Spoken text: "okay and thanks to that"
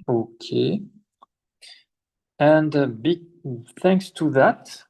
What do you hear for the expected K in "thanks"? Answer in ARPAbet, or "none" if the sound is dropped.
K